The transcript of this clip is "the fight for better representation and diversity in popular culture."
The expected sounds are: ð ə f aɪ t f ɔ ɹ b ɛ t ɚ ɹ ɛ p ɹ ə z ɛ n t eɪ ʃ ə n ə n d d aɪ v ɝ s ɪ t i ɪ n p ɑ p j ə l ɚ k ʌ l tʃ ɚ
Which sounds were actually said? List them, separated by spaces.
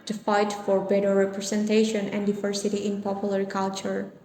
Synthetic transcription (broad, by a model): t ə f aɪ t f ɔ ɹ b ɛ t ɚ ɹ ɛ p ɹ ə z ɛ n t eɪ ʃ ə n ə n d d aɪ v ɝ s ɪ t i ɪ n p ɑ p j ə l ɚ k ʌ l tʃ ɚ